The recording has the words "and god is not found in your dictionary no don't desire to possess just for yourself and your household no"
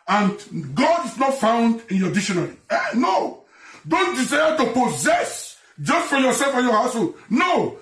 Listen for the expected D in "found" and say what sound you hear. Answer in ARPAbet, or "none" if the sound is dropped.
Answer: D